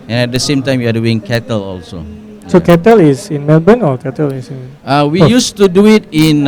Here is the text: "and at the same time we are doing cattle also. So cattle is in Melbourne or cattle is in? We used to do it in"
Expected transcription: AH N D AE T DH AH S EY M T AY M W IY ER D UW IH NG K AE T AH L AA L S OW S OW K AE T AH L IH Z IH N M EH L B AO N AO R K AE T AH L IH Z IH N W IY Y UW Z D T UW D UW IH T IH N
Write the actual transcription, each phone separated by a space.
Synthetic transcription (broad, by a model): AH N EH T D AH S EY M T AY M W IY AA D UW IH NG K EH T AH L AA L S OW S OW K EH T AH L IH S IH N M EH L B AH N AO L K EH T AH L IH S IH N W IY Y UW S T UW D UW IH T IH N